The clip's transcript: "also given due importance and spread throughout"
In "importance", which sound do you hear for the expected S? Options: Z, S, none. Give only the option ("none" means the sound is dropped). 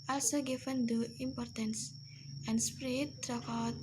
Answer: S